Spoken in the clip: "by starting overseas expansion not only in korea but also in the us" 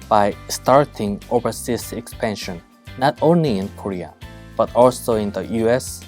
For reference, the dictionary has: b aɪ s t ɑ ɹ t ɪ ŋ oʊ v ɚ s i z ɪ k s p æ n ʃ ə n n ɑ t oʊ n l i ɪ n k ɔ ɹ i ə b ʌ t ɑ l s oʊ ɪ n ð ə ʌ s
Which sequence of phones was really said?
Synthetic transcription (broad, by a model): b aɪ s t ɑ ɹ t ɪ ŋ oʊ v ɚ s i s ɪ k s p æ n ʃ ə n n ɑ t oʊ n l i ɪ n k ɔ ɹ i ə b ʌ t ɑ l s oʊ ɪ n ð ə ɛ s